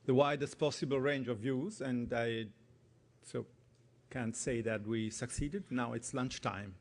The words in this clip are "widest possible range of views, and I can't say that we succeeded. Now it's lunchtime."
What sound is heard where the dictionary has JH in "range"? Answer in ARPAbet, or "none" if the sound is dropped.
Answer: JH